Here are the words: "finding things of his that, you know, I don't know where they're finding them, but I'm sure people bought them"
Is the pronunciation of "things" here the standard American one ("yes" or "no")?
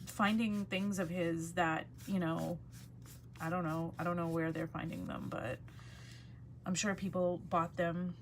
yes